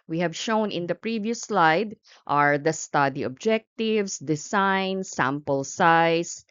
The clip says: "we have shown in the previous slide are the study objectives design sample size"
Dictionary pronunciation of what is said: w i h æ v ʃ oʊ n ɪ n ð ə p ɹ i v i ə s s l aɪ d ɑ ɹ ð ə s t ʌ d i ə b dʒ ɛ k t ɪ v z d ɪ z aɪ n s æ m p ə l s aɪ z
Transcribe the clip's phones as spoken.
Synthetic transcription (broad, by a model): w i h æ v ʃ oʊ n ɪ n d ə p ɹ i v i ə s s l aɪ d ɑ ɹ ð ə s t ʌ d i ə b dʒ ɛ k t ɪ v s d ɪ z aɪ n s æ m p ə l s aɪ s